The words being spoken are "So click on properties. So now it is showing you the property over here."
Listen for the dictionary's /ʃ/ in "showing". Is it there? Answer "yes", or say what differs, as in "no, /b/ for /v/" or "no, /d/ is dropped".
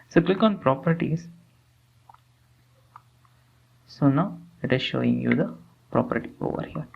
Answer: yes